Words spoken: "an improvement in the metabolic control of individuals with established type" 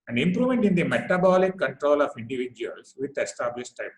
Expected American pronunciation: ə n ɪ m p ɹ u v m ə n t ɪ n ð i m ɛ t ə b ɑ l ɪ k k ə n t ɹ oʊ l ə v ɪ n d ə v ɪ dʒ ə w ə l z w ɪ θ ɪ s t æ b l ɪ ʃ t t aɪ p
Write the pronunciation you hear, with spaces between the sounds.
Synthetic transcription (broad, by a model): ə n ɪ m p ɹ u m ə n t ɪ n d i m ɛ t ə b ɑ l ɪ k k ə n t ɹ oʊ l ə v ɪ n d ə v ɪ dʒ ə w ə l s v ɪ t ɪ s t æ b l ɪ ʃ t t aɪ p